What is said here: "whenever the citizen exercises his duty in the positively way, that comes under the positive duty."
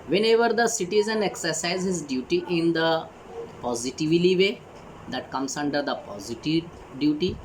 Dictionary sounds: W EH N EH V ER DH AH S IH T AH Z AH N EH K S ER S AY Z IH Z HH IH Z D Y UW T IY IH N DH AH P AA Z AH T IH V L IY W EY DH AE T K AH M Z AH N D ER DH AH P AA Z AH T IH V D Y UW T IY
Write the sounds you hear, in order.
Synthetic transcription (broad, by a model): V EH N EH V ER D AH S IH T AH Z AH N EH K S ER S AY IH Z HH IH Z D Y UW T IY IH N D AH P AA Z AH T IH V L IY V EY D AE T K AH M S AH N D ER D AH P AA Z AH T IH V D Y UW T IY